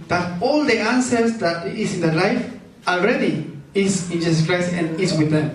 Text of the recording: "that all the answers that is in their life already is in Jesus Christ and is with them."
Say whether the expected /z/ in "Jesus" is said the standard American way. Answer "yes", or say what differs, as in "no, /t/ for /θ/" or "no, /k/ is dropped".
no, /s/ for /z/